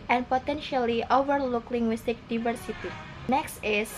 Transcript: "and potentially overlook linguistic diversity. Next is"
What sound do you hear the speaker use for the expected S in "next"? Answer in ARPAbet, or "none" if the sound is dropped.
S